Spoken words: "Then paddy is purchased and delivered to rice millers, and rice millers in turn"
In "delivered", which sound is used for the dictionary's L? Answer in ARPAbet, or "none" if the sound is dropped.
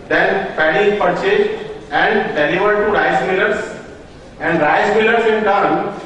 N